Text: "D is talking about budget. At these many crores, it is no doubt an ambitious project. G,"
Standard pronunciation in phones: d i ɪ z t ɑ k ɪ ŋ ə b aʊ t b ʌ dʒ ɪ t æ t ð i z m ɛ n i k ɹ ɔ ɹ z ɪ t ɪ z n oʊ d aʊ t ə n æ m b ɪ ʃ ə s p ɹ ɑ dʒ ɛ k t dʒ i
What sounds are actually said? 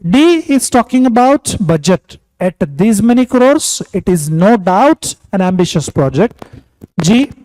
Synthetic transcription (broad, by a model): d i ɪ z t ɑ k ɪ ŋ ə b aʊ t b ʌ dʒ ɪ t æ t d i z m ɛ n i k ɹ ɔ ɹ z ɪ t ɪ z n oʊ d aʊ t ə n æ m b ɪ ʃ ə s p ɹ ɑ dʒ ɛ k t dʒ i